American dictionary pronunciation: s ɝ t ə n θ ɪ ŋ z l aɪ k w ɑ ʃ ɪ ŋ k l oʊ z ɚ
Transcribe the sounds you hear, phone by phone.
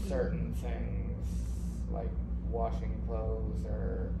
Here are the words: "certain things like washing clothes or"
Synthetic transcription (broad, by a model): s ɝ t n θ ɪ ŋ z l aɪ k w ɑ ʃ ɪ ŋ k l oʊ z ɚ